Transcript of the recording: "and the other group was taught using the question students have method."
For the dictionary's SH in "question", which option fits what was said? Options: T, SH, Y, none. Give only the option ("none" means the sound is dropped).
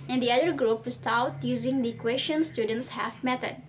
SH